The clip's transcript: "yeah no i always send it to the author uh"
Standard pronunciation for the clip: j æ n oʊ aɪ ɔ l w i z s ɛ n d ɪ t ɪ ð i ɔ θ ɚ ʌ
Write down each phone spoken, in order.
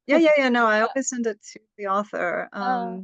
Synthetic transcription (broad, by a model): j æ n oʊ aɪ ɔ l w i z s ɛ n d ɪ t ɪ ð i ɔ θ ɚ ʌ